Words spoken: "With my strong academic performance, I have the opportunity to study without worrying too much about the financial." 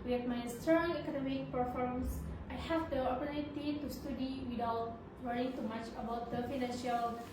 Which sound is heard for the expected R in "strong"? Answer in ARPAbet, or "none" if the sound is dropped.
none